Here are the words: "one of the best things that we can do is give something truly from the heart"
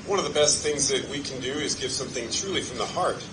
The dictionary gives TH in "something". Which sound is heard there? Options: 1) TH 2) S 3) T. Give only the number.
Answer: 1